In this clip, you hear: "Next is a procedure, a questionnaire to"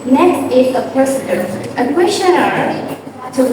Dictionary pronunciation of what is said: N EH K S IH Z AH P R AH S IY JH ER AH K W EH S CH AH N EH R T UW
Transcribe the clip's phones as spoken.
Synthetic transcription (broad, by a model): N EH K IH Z AH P AH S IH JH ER AH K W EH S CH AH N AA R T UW